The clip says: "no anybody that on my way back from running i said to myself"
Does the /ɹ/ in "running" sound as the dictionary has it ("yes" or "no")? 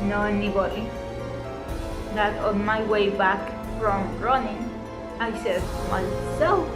yes